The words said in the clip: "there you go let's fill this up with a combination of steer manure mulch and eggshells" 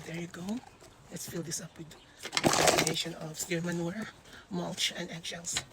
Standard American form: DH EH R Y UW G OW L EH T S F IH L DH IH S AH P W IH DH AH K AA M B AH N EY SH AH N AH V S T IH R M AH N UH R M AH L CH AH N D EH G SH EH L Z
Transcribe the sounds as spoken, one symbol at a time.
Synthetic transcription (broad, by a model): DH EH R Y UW G OW L EH T S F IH L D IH S AH P W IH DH AH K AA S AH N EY SH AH N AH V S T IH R M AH N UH R M AH L CH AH N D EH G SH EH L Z